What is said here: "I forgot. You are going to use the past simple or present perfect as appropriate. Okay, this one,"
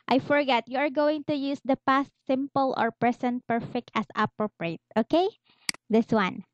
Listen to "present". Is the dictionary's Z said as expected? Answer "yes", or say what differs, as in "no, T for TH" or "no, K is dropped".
no, S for Z